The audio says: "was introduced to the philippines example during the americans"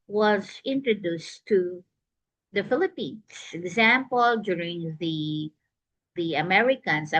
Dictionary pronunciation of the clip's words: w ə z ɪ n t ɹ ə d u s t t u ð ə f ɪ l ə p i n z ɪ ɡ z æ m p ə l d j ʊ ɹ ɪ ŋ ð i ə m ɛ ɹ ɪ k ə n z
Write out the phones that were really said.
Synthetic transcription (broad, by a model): w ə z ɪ n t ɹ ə d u s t t u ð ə f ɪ l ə p i n s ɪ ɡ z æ m p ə l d j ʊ ɹ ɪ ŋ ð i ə m ɛ ɹ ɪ k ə n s